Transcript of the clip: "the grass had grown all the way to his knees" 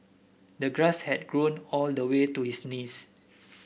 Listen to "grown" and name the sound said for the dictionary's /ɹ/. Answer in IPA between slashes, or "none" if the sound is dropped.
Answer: /ɹ/